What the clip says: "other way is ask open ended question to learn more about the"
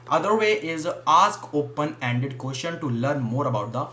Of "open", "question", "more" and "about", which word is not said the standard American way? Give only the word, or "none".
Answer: question